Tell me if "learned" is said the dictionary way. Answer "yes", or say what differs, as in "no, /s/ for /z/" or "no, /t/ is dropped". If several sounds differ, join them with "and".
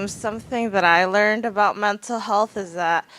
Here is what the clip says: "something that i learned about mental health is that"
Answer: yes